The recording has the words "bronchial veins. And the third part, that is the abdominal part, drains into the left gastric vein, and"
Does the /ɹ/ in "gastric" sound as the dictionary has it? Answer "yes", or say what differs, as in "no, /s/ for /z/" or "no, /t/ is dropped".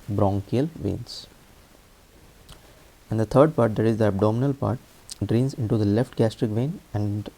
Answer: yes